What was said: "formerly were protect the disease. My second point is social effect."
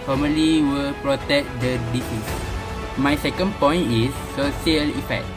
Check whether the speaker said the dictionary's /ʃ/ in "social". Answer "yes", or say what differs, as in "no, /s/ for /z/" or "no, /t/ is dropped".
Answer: no, /ʃ/ is dropped